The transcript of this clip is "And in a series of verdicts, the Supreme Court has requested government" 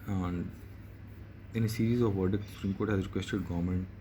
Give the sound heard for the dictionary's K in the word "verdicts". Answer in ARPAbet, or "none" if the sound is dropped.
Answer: none